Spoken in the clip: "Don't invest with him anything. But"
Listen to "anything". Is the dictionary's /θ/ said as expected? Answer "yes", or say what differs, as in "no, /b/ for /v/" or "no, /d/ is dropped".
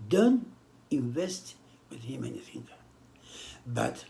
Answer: no, /f/ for /θ/